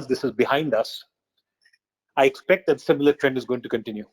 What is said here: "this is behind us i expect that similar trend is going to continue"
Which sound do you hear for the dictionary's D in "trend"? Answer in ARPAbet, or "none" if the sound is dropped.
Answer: D